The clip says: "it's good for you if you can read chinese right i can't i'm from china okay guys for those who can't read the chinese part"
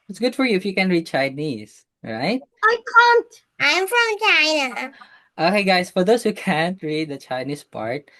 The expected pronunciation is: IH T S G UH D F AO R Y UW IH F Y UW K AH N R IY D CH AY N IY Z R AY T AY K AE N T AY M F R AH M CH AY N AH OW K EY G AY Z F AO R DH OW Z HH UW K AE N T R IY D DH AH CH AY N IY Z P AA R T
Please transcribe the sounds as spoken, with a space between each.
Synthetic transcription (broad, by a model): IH T S G UH D F AO R Y UW IH F Y UW K AH N R IY D CH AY N IY S R AY T AY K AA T T AY M F R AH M CH AY N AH OW K EY G AY S F AO R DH OW S HH UW K AE N T R IY D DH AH CH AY N IY S P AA R T